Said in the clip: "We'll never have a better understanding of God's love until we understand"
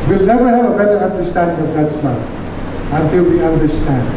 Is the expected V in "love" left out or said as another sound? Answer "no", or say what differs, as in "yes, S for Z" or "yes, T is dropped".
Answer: yes, V is dropped